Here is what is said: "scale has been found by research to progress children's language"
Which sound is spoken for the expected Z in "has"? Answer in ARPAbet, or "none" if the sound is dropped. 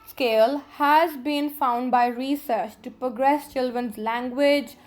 Z